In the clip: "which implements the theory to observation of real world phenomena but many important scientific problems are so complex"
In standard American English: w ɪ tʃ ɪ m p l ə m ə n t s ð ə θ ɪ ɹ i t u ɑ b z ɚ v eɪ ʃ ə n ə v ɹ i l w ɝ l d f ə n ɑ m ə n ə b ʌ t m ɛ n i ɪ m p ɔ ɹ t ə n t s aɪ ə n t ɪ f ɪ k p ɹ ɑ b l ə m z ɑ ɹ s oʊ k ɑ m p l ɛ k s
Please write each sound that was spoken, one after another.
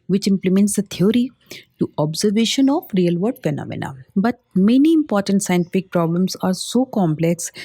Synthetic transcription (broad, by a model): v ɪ tʃ ɪ m p l ə m ə n t s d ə t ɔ ɹ i t u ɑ b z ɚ v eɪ ʃ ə n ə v ɹ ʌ l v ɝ d f ə n ɑ m ə n ə b ʌ t m ɛ n i ɪ m p ɔ ɹ t ə n t s aɪ ə n t ɪ f ɪ k p ɹ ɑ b l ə m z ɑ ɹ s oʊ k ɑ m p l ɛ k s